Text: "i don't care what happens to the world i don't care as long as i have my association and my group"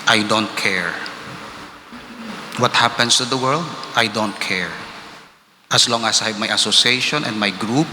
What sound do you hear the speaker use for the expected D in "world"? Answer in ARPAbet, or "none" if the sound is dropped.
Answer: D